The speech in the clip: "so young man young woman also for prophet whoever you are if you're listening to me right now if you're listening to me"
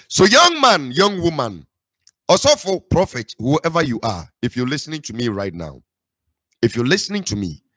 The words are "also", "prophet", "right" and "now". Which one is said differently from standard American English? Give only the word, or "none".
also